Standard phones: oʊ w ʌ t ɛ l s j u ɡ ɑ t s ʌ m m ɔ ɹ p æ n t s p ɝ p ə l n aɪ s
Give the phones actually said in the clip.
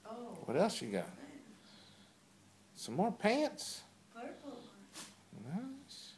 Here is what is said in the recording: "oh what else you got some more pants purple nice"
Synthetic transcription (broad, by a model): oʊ w ʌ t ɛ l s j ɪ ɡ ɑ t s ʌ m m ɔ ɹ p æ n t s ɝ n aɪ s